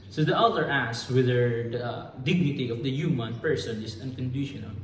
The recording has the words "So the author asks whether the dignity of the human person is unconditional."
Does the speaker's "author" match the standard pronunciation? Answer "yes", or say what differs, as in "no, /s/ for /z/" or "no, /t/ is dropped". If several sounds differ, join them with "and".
no, /t/ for /θ/